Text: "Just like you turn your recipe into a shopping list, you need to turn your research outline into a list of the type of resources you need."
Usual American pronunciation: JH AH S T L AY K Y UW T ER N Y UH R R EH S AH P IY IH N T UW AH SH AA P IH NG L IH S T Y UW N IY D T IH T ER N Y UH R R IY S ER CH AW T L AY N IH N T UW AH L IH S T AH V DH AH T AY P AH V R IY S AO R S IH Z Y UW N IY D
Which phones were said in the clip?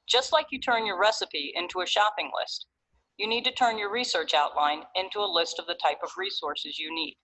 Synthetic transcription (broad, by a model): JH AH S T L AY K Y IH T ER N Y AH R R EH S AH P IY IH N T UW AH SH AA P IH NG L IH S T Y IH N IY D T IH T ER N Y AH R R IY S ER CH AW T L AY N IH N T UW AH L IH S T AH V DH AH T AY P AH V R IY S AO R S IH Z Y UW N IY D